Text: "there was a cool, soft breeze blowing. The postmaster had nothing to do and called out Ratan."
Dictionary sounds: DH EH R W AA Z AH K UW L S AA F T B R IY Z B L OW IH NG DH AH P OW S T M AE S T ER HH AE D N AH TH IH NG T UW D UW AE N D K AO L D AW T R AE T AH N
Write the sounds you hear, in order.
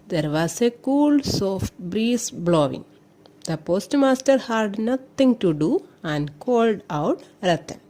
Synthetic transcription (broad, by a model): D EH R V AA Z AH K UW L S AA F T B R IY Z B L OW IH NG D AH P OW S T M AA S T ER HH AE D N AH T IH NG T UW D UW AE N D K AO L D AW T R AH T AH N